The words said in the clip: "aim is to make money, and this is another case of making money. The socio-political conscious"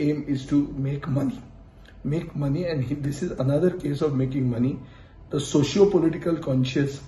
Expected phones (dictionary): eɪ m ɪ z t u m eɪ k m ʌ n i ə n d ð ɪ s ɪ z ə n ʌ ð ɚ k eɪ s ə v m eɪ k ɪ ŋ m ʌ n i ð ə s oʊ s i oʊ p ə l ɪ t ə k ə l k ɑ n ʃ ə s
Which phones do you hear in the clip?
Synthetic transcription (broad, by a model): eɪ m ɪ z t u m eɪ k m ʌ n i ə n d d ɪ s ɪ z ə n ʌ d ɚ k eɪ s ə v m eɪ k ɪ ŋ m ʌ n i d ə s oʊ ʃ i oʊ p ə l ɪ t ə k ə l k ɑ n ʃ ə s